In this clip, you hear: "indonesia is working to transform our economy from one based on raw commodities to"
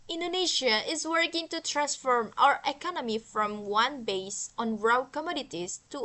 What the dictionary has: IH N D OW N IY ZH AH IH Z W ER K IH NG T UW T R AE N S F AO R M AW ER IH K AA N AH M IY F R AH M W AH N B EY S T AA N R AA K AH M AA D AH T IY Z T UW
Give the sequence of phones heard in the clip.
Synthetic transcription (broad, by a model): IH N D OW N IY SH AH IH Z W ER K IH NG T UW T R AE N S F AO R M AW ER IH K AA N AH M IY F R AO M W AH N B EY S AA N R AA K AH M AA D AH T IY S T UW